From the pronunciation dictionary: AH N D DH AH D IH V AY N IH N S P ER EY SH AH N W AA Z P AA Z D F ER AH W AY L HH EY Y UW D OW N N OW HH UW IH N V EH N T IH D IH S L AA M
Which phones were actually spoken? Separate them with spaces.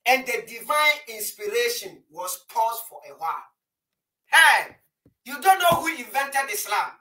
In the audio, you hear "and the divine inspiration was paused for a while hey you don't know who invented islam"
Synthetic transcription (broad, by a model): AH N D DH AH D IH V AY N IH N S P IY EY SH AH N W AA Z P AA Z F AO AH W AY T HH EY Y UW D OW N N OW HH UW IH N V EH N T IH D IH S L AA M